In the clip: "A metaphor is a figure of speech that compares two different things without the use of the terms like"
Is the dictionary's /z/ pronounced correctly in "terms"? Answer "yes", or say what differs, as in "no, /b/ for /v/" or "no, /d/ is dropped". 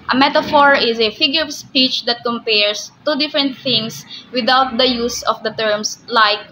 no, /s/ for /z/